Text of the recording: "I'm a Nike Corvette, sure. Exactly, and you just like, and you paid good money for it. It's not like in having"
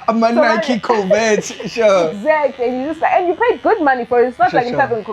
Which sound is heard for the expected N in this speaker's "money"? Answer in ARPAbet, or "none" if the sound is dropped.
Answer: N